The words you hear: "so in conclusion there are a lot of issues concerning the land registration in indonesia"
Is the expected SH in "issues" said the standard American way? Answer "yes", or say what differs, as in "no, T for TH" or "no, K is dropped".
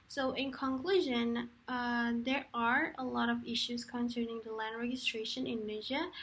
yes